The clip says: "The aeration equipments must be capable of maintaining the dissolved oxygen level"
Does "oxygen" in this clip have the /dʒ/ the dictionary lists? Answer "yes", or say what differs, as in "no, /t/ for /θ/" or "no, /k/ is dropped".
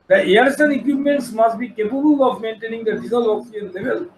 no, /dʒ/ is dropped